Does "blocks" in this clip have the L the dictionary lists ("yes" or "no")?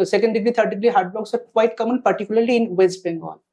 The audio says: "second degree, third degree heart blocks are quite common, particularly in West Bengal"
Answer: no